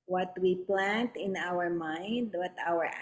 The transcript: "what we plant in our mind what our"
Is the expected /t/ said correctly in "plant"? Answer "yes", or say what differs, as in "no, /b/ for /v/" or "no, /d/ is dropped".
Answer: yes